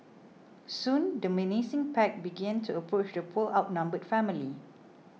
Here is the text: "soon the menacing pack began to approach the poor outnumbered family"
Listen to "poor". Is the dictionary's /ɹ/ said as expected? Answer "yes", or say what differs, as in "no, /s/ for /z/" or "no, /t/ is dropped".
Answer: no, /l/ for /ɹ/